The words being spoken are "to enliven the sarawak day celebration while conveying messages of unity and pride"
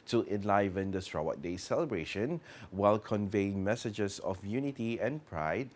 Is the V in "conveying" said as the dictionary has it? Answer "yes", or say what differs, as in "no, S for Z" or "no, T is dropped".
yes